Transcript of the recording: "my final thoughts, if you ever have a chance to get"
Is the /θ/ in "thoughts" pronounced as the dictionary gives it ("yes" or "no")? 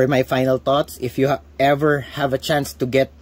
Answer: no